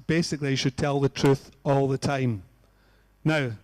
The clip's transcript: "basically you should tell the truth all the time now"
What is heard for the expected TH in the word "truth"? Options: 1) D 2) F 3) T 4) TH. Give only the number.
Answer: 4